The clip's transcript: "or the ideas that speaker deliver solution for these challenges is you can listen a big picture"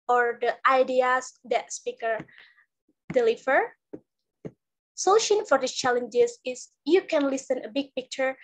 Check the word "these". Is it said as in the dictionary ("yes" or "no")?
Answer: no